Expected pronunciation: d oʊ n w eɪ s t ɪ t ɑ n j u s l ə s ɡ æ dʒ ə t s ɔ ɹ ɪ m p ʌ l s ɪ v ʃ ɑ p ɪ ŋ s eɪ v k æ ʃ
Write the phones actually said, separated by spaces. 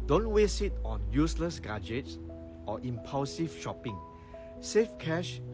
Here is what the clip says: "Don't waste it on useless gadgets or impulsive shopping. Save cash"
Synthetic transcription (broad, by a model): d oʊ n w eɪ s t ɪ t ɑ n j u s l ə s ɡ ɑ dʒ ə t s ɔ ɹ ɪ m p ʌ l s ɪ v ʃ ɑ p ɪ ŋ s eɪ f k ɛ ʃ